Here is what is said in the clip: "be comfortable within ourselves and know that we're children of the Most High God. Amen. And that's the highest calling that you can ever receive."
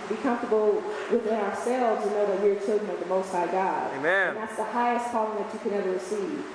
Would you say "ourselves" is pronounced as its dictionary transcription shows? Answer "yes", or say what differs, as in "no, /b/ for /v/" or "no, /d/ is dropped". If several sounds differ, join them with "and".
yes